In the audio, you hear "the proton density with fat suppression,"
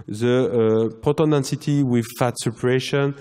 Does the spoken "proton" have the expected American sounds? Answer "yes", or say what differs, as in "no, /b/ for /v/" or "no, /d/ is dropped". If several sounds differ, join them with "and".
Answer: no, /ɹ/ is dropped